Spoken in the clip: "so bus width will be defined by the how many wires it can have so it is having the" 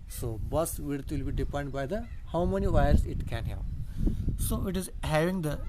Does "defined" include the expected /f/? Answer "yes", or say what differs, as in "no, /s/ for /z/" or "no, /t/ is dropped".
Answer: no, /p/ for /f/